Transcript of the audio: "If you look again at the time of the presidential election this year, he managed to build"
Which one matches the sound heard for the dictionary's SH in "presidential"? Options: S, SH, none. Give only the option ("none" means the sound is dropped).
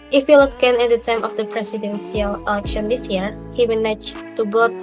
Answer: S